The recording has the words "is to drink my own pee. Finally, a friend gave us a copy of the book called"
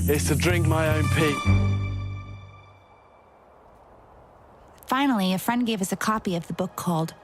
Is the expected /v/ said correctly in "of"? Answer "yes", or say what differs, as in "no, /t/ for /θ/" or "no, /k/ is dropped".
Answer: yes